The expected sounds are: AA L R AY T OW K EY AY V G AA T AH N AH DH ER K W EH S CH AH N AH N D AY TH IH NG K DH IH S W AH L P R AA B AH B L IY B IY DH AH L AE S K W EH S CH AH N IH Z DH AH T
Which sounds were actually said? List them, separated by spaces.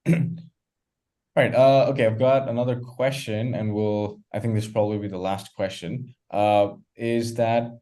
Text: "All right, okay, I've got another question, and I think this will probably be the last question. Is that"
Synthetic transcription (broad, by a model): R AY T OW K EY AY V G AA T AH N AH DH ER K W EH S CH AH N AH N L AY TH IH NG K DH IH S P R AA B AH B L IY B IY DH AH L AE S K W EH S CH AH N IH Z DH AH T